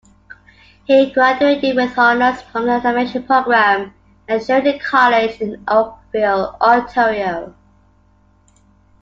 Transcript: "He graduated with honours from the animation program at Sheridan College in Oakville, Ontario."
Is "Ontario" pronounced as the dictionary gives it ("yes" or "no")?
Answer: no